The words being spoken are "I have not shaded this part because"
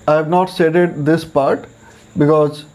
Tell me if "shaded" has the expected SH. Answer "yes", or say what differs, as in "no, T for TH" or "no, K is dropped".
no, S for SH